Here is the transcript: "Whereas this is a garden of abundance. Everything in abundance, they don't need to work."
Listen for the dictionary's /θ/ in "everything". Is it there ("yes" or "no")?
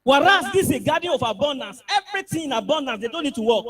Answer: no